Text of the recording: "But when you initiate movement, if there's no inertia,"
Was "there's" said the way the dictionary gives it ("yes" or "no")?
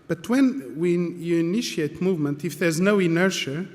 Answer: yes